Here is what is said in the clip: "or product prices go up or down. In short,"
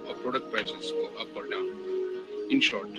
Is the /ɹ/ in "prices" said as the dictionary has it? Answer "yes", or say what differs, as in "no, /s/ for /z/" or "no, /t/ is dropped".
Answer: no, /ɹ/ is dropped